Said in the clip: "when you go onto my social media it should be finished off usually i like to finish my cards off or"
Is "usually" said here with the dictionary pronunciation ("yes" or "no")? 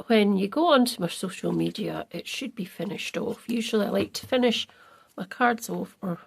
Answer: yes